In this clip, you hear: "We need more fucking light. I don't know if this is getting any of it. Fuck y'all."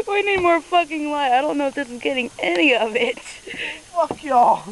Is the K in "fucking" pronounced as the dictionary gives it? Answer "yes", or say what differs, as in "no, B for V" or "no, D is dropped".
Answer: yes